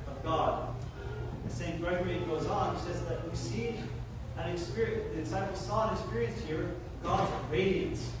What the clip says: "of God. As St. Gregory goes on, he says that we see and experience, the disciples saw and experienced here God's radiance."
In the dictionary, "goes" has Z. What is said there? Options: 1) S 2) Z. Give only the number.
2